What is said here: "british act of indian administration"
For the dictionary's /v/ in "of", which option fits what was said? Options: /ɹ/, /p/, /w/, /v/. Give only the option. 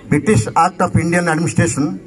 /p/